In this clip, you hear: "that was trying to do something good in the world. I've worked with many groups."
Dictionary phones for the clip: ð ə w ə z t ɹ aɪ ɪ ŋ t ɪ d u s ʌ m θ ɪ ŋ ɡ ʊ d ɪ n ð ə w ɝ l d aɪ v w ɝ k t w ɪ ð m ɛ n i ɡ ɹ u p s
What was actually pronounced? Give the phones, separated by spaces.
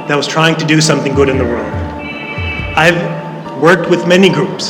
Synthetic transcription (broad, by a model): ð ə w ə z t ɹ aɪ ɪ ŋ t ɪ d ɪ s ʌ m θ ɪ ŋ ɡ ʊ d ɪ n ð ə w ɝ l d aɪ v w ɝ k t w ɪ ð m ɛ n i ɡ ɹ u p s